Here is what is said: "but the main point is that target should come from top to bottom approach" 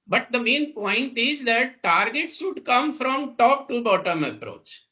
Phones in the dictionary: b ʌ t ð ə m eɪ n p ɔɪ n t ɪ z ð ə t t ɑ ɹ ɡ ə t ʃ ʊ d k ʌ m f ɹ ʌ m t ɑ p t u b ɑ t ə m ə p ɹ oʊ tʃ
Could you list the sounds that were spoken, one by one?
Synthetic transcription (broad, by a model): b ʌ t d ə m eɪ n p ɔɪ n t ɪ z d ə t t ɑ ɹ ɡ ə t s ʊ d k ʌ m f ɹ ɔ m t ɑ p t u b ɑ t ə m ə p ɹ oʊ tʃ